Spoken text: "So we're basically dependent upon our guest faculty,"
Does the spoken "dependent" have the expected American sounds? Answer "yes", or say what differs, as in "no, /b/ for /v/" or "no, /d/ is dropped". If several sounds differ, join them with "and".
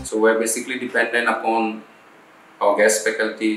no, /t/ is dropped